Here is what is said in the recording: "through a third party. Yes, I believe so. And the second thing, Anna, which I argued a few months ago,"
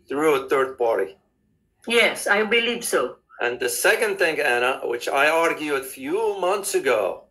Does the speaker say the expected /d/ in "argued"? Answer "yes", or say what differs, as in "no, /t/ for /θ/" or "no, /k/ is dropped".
no, /d/ is dropped